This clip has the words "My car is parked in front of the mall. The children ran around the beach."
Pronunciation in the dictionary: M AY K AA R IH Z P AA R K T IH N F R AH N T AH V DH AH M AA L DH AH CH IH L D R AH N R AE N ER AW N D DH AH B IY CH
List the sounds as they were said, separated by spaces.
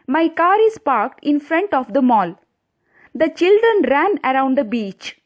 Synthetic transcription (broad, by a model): M AY K AA R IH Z P AA R K T IH N F R AH N T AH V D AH M AA L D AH CH IH L D R AH N R AE N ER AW N D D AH B IY CH